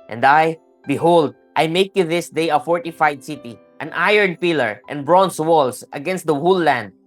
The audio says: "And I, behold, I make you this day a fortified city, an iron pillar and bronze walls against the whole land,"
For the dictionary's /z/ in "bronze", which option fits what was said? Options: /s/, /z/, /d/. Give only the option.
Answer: /s/